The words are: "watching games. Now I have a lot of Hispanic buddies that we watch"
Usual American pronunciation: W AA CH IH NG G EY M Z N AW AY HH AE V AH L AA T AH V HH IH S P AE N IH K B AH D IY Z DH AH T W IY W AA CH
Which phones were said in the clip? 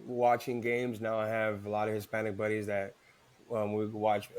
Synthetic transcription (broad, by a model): W AA CH IH NG G EY M Z N AW AY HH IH V AH L AA T AH V HH IH S P AE N IH K B AH D IY Z DH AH T W IY W AA CH